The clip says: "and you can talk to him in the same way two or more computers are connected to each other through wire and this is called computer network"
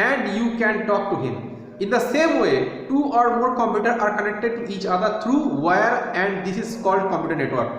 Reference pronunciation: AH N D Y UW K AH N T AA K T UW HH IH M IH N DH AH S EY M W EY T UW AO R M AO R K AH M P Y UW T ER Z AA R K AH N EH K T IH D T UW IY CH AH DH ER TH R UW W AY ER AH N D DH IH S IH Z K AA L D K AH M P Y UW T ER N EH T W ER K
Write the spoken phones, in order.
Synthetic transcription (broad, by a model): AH N D Y UW K AH N T AA K T UW HH IH M IH N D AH S EY M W EY T UW AO R M AO R K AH M P Y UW T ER AA R K AH N EH K T IH D T UW IY CH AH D ER T R UW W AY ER AH N D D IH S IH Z K AA L D K AH M P Y UW T ER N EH T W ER K